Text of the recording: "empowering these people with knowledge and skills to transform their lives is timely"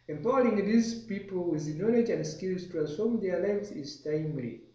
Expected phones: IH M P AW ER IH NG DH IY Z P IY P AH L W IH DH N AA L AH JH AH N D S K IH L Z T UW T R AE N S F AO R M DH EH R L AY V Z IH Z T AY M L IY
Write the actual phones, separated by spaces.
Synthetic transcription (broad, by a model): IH M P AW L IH NG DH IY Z P IY P AH L W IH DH N AA L AH JH AH N D S K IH L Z T UW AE S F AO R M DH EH L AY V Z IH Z T AY M L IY